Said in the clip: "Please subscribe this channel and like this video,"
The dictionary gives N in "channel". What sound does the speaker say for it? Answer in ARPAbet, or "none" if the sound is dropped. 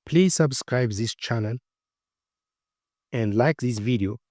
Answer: N